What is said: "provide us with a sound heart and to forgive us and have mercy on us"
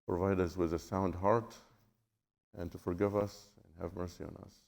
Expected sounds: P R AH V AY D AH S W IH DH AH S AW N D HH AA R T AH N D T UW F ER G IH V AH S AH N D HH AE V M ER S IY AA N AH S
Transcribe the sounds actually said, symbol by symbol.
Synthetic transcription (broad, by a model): P R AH V AY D AH S W IH DH AH S AW N D HH AA R T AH N T UW F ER G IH V AH S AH N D HH AE V M ER S IY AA N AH S